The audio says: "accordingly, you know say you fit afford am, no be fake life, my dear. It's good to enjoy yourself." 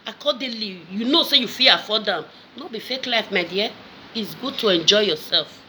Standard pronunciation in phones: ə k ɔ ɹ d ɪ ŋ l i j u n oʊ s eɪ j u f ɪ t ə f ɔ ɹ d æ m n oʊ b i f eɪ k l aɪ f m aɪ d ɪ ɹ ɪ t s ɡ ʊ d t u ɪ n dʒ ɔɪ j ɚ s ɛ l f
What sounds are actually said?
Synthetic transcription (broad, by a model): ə k ɔ d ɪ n l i j u n oʊ s eɪ j u f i ə f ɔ d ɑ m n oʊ b i f eɪ k l aɪ f m aɪ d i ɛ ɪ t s ɡ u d t u ɪ n dʒ ɔɪ j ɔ s ɛ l f